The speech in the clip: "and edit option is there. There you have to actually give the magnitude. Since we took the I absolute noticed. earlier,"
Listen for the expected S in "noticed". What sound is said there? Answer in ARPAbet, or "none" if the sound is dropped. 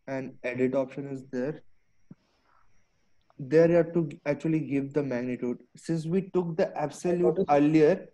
none